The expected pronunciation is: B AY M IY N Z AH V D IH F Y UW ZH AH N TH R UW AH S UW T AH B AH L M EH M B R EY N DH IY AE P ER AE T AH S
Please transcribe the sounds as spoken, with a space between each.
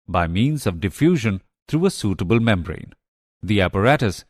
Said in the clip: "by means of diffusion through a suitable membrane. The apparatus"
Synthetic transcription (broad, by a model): B AY M IY N Z AH V D IH F Y UW ZH AH N T R UW AH S UW T AH B AH L M EH M B R EY N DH IY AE P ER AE T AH S